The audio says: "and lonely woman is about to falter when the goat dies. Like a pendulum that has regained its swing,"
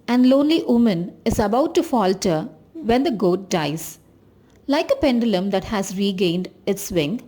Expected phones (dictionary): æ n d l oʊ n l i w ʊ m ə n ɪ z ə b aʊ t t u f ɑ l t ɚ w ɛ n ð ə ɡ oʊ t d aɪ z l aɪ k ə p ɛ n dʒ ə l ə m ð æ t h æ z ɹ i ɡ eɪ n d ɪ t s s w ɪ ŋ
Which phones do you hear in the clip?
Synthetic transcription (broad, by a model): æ n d l oʊ n l i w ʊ m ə n ɪ z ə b aʊ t t u f ɑ l t ɚ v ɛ n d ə ɡ oʊ t d aɪ z l aɪ k ə p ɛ n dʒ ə l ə m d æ t h æ z ɹ i ɡ eɪ n d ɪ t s s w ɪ ŋ